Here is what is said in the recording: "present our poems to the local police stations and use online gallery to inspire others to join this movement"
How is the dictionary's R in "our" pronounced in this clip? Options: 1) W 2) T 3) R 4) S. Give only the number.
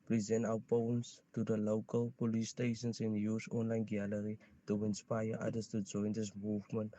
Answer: 1